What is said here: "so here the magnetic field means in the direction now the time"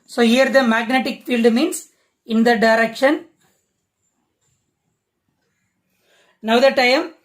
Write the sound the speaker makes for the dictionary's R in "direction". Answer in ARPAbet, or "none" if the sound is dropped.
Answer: R